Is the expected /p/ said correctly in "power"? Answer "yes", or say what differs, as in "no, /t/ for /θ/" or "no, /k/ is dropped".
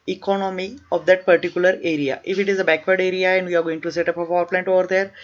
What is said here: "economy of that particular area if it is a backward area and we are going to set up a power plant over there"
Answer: no, /f/ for /p/